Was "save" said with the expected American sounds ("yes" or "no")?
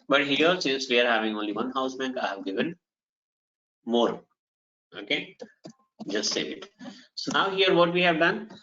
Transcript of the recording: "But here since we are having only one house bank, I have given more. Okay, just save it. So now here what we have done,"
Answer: no